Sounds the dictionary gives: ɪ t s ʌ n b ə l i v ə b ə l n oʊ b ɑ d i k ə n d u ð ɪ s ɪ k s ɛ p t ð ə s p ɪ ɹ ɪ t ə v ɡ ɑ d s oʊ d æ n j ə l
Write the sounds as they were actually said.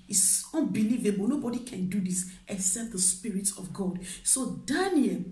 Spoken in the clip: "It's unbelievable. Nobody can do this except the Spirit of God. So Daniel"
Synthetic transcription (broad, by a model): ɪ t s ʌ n b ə l i v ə b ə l n oʊ b ɑ d i k ə n d u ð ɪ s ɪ s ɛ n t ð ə s p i ɹ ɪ t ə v ɡ ɑ d s oʊ d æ n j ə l